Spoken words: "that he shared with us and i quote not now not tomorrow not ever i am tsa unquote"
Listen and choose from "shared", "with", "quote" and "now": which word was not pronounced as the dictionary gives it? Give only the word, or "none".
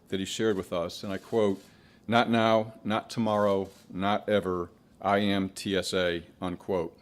none